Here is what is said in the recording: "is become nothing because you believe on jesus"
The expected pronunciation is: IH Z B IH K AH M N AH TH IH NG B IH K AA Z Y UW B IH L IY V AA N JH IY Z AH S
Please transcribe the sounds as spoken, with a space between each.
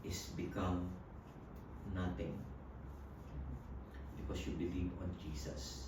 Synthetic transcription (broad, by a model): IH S B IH K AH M N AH T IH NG B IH K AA S Y UW B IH L IY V AA N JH IY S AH S